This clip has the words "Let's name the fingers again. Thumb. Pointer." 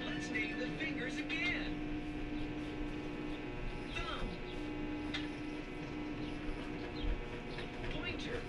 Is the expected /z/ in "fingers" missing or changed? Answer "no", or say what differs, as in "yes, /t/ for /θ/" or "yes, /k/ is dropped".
no